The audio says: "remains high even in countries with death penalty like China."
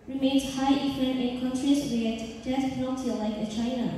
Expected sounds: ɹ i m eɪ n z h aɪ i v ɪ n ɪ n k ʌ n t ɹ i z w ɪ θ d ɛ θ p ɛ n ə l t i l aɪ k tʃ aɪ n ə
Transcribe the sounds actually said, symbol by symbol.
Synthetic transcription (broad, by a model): ɹ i m eɪ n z h aɪ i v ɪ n ɪ n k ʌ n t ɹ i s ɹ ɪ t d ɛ s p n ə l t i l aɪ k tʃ aɪ n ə